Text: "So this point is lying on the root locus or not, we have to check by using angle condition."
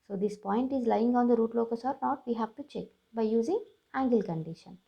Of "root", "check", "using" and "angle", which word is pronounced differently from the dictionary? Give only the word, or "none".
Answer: none